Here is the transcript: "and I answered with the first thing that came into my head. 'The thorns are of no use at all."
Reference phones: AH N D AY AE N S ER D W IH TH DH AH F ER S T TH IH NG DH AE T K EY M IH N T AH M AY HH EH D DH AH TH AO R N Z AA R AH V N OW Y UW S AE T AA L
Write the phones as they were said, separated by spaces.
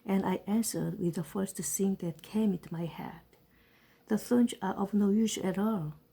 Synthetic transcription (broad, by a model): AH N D AY AE N S ER D W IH DH AH F ER S T S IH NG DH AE T K EY M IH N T M AY HH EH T DH AH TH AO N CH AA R AH V N OW Y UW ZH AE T AA L